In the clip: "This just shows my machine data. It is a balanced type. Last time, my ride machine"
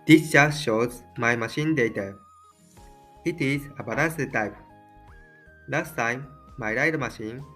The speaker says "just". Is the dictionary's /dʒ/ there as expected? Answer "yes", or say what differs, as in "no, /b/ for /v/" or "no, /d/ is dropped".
no, /tʃ/ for /dʒ/